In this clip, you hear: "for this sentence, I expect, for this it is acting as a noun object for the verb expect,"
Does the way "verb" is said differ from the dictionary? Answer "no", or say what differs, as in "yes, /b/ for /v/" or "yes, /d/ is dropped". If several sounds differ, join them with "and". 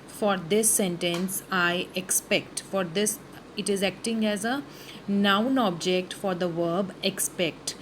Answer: no